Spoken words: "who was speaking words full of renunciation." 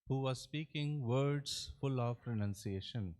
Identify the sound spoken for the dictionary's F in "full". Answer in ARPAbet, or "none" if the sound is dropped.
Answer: F